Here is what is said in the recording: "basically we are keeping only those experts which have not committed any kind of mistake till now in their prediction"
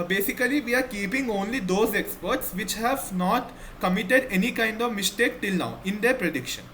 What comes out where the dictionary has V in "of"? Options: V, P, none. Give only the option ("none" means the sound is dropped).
V